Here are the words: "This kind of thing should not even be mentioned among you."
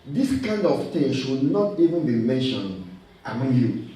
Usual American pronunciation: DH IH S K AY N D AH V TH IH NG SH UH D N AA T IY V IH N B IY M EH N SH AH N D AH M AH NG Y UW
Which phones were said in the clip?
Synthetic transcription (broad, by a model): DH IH S K AY N D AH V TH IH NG SH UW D N AA T IY V IH N B IY M EH N SH AH N D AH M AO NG Y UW